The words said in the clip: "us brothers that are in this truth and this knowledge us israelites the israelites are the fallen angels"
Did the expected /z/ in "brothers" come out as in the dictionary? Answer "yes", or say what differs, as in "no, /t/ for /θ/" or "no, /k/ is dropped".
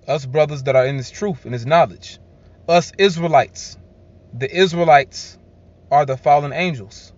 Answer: yes